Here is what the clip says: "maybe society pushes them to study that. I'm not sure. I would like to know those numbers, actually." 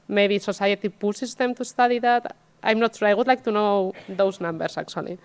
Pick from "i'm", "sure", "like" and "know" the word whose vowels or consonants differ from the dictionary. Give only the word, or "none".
sure